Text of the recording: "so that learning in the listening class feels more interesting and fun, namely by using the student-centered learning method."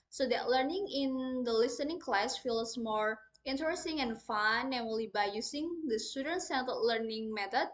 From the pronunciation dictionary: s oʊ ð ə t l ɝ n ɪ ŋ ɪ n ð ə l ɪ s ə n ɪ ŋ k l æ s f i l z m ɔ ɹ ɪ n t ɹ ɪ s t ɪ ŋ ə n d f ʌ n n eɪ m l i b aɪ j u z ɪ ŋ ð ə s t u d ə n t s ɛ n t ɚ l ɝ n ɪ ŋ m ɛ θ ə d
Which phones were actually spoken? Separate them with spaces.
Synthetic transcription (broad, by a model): s oʊ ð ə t l ɝ n ɪ ŋ ɪ n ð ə l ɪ s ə n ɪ ŋ k l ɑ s f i l s m ɔ ɹ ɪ n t ɹ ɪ s t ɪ ŋ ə n f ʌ n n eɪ l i b aɪ j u s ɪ ŋ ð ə s t u d ə n t s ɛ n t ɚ l ɝ n ɪ ŋ m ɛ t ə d